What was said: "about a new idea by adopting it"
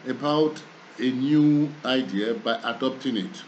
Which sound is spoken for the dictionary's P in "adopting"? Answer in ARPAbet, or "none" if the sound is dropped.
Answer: P